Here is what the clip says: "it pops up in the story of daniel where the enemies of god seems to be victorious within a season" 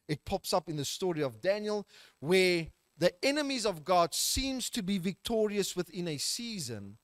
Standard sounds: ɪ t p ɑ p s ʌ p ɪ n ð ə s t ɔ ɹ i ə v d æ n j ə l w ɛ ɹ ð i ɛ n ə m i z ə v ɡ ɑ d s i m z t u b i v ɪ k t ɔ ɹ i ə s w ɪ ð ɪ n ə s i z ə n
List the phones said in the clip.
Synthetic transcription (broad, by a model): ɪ t p ɑ p s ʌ p ɪ n ð ə s t ɔ ɹ i ə v d æ n j ə l w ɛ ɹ ð i ɛ n ə m i z ə v ɡ ɑ d s i m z t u b i v ɪ k t ɔ ɹ i ə s w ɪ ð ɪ n ə s i z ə n